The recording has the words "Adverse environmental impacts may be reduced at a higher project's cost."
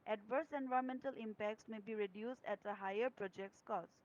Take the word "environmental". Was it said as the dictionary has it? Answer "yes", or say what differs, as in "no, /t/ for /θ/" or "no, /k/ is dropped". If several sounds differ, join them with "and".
no, /ɹ/ is dropped and /n/ is dropped